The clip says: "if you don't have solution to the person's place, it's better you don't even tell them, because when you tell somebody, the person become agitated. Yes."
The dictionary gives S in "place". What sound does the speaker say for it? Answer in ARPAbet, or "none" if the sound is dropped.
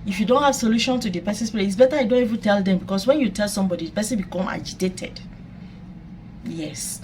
none